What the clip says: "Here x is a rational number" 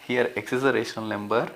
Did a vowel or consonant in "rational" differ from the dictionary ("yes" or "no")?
yes